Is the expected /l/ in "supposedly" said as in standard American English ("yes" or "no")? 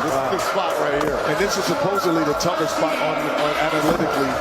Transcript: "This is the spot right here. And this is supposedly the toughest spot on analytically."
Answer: yes